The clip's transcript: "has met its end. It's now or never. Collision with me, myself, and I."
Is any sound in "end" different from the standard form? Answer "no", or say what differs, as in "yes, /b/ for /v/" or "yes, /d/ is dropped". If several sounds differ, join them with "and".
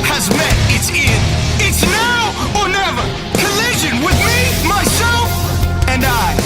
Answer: yes, /d/ is dropped